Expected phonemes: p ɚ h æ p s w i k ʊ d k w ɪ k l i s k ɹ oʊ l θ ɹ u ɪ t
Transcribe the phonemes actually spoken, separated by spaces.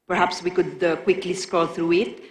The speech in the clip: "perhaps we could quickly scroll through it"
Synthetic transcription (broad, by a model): p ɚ h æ p s w i k ʊ d k w ɪ k l i s k oʊ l θ ɹ u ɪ t